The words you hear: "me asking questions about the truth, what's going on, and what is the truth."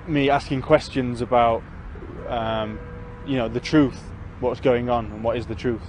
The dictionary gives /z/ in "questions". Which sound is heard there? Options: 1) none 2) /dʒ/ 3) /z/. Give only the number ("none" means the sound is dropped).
3